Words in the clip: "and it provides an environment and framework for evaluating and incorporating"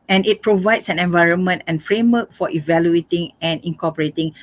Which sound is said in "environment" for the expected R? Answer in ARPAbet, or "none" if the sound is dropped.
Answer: R